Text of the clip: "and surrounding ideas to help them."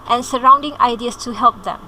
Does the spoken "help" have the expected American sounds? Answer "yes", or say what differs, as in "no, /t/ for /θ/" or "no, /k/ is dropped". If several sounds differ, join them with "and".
yes